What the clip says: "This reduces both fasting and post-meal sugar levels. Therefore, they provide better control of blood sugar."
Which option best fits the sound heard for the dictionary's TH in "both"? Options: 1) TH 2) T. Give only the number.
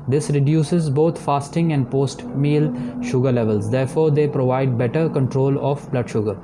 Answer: 2